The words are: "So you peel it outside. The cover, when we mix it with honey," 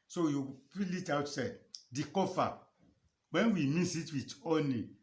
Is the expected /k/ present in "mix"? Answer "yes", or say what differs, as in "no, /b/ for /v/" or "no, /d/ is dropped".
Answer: no, /k/ is dropped